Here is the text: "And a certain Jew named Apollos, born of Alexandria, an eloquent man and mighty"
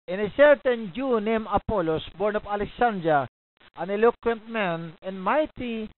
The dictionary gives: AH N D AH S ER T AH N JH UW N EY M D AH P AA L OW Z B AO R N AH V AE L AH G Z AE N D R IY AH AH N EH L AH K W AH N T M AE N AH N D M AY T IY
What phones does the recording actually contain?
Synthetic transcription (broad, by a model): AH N AH S ER T AH N JH UW N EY M AH P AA L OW S B AO R N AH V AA L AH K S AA N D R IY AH AH N EH L AH K W AH N T M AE N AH N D M AY T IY